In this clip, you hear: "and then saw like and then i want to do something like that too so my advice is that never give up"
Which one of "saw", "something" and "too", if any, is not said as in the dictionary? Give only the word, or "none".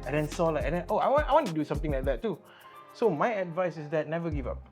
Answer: something